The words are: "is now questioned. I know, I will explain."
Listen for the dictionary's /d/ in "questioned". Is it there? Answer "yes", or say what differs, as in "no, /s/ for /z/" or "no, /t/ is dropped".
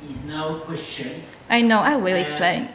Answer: no, /d/ is dropped